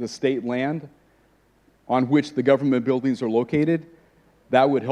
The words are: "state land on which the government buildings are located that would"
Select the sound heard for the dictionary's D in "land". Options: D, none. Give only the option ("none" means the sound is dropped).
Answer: D